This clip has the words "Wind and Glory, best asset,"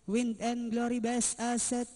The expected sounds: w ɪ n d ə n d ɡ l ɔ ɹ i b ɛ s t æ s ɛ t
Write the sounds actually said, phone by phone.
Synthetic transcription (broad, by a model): w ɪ n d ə n ɡ l ɔ ɹ i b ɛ s ɑ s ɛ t